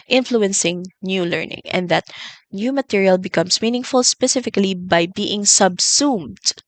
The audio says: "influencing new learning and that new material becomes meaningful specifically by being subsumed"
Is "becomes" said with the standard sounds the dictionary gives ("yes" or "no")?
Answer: no